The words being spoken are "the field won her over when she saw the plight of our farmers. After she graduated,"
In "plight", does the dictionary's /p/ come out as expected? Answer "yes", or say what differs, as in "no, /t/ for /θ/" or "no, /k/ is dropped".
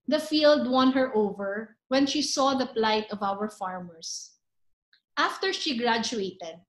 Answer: yes